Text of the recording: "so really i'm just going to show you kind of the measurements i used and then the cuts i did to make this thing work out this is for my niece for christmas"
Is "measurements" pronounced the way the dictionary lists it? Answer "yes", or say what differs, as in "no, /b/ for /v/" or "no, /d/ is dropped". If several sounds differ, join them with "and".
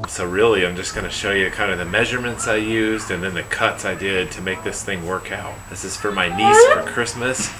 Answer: yes